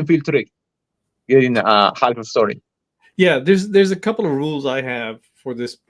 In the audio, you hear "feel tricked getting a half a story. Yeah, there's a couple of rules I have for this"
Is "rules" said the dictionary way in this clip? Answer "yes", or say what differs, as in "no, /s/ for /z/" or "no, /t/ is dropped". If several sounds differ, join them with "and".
yes